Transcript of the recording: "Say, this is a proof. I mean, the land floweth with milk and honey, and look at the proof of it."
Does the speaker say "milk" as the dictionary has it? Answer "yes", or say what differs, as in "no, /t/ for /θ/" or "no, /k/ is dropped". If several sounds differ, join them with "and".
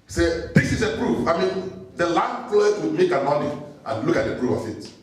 no, /l/ is dropped